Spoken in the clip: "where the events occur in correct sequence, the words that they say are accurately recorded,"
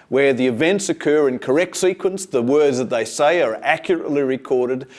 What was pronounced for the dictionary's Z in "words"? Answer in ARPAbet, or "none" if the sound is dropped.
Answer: Z